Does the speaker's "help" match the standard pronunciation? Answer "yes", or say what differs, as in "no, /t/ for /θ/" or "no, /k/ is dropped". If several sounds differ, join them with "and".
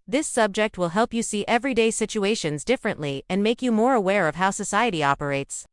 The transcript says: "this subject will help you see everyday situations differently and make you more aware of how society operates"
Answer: yes